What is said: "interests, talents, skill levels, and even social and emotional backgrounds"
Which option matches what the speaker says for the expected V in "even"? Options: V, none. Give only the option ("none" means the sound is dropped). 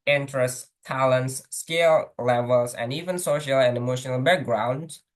V